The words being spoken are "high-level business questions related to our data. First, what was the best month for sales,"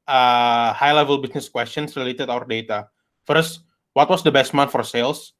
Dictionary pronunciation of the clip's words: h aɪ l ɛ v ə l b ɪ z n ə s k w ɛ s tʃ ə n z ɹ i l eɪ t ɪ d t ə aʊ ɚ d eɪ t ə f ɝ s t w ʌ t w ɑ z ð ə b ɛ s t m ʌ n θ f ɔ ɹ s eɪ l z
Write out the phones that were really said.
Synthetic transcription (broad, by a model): h aɪ l ɛ v ə l b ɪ s n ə s k w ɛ s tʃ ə n s ɹ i l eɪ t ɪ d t aʊ ɚ d eɪ t ə f ɝ s t w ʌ t w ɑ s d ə b ɛ s t m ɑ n f ɔ ɹ s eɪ l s